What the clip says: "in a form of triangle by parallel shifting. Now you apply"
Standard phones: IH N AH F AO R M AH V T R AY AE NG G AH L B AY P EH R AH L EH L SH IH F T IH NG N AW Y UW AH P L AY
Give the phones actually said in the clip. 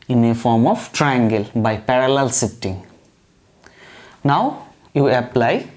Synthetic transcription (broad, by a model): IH N AH F AO R M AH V T R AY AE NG G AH L B AY P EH R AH L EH L S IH T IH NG N AW Y UW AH P L AY